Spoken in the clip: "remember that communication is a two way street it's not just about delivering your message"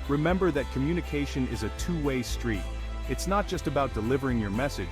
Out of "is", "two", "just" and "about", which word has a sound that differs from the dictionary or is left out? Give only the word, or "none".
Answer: none